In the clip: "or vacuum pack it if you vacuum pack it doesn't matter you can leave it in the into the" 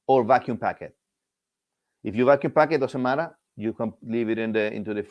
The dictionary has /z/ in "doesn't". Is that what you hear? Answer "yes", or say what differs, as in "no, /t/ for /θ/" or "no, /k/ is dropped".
no, /s/ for /z/